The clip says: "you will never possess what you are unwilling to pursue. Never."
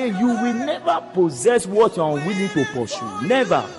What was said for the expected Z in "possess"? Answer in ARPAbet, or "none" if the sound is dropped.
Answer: Z